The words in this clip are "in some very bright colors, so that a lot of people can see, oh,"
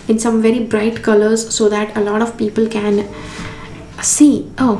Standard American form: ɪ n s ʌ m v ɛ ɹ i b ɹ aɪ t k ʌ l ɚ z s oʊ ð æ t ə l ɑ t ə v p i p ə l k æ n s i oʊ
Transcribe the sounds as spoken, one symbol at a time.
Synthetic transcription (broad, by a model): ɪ n s ʌ m v ɛ ɹ i b ɹ aɪ t k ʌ l ɚ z s oʊ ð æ t ə l ɑ t ə v p i p ə l k æ n s i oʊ